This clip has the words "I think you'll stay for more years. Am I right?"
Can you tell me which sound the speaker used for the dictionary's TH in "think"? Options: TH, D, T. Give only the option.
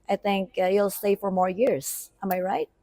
TH